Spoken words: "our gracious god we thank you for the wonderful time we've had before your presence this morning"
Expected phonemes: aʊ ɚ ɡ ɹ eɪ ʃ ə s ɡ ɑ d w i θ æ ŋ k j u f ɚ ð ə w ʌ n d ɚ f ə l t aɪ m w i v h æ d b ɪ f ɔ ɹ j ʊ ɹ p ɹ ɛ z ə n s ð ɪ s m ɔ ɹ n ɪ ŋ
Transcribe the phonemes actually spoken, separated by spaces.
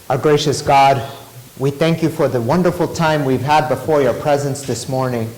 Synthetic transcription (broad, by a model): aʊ ɡ ɹ eɪ ʃ ə s ɡ ɑ d w i θ æ ŋ k j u f ɚ ð ə w ʌ n d ɚ f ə l t aɪ m w i v h æ d b ɪ f ɔ ɹ j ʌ ɹ p ɹ ɛ z ə n s ð ɪ s m ɔ ɹ n ɪ ŋ